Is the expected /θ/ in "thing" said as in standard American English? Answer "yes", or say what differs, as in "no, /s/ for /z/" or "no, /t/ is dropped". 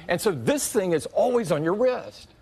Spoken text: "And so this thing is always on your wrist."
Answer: yes